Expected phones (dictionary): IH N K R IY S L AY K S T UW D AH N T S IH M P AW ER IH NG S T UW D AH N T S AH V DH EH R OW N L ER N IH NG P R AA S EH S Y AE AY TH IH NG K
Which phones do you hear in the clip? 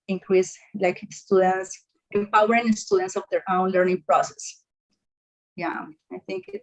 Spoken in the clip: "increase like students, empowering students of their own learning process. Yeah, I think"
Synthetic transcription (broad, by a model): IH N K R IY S L AY K S T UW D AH N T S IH M P AW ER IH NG S T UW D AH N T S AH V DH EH R OW N L ER N IH NG P R AA S EH S Y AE AY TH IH NG K